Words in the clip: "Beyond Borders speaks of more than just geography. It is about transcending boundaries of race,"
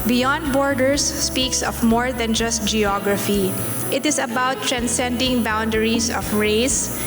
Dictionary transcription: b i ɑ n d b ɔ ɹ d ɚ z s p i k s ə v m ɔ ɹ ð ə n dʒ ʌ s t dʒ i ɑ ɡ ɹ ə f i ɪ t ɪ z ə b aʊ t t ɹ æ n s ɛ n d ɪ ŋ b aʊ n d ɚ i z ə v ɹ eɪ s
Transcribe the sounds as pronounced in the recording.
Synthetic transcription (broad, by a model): b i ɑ n d b ɔ ɹ d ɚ s p i k s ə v m ɔ ɹ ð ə n dʒ ʌ s t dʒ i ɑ ɡ ɹ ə f i ɪ t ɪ s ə b aʊ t t ɹ æ n s ɛ n d ɪ ŋ b aʊ n d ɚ i s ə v ɹ eɪ s